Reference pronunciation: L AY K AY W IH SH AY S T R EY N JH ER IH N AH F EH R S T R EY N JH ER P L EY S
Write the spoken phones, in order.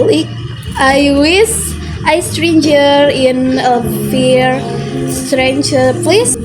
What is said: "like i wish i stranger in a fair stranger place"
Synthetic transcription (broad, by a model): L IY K AY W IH S AY S T R EY N JH ER IH N AH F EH R S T R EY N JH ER P L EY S